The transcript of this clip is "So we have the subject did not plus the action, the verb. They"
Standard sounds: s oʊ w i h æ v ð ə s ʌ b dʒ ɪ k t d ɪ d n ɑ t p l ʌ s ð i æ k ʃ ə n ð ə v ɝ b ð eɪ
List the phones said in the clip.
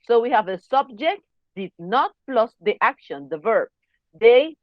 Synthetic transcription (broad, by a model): s oʊ w i h æ v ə s ʌ b dʒ ɪ k t d ɪ d n ɑ t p l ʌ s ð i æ k ʃ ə n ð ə v ɝ b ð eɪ